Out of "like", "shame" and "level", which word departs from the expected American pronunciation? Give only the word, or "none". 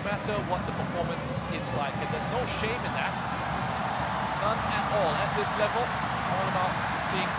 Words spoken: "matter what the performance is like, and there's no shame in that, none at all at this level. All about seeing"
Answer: none